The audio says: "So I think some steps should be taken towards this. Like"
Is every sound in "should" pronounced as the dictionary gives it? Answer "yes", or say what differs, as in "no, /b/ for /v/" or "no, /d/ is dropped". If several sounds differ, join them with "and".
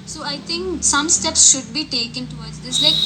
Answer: yes